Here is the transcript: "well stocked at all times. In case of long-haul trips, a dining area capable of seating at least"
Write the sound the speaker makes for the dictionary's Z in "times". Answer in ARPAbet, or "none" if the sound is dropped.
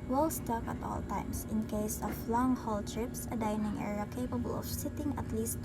S